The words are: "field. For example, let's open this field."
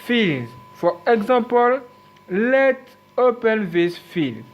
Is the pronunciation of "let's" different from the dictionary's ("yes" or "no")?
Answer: yes